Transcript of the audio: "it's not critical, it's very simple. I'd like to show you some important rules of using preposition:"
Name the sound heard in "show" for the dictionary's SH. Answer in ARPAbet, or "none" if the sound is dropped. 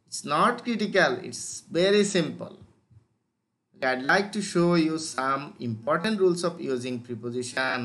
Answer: SH